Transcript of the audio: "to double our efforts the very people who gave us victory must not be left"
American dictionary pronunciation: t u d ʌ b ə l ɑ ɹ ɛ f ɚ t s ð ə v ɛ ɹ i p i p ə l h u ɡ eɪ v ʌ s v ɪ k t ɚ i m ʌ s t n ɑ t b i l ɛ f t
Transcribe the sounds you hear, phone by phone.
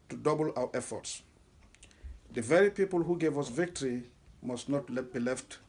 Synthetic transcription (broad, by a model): t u d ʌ b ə l ɑ ɹ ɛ f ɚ t s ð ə v ɛ ɹ i p i p ə l h u ɡ eɪ v ʌ s v ɪ k t ɚ i m ʌ s t n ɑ t b i l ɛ f t